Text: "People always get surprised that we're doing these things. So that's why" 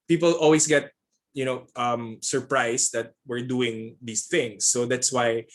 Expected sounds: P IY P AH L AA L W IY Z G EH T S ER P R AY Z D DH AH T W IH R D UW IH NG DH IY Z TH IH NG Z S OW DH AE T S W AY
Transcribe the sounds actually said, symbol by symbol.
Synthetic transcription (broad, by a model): P IY P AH L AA L W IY S G EH T S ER P R AY S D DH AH T W IH R D UW IH NG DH IY S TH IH NG S OW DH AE T S W AY